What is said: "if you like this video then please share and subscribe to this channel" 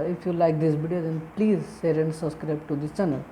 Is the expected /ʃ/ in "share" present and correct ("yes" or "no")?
no